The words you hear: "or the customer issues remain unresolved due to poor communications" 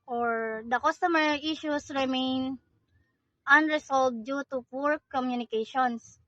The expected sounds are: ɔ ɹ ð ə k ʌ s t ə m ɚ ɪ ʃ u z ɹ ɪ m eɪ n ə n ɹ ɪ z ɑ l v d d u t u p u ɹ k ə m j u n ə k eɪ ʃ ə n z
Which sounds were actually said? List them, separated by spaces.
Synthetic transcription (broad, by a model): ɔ ɹ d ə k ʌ s t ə m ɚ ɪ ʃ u s ɹ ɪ m eɪ n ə n ɹ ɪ s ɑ l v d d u t u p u ɹ k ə m j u n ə k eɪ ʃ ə n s